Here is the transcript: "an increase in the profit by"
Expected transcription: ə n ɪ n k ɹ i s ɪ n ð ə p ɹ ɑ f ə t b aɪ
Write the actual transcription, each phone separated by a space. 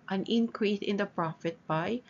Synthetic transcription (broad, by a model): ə n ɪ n k ɹ i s ɪ n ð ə p ɹ ɑ f ə t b aɪ